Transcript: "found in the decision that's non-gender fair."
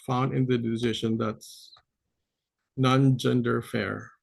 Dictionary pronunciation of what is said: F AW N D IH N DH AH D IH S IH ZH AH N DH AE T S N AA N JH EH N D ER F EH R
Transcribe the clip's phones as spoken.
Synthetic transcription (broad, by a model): F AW N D IH N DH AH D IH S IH SH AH N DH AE T S N AA N JH EH N D ER F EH R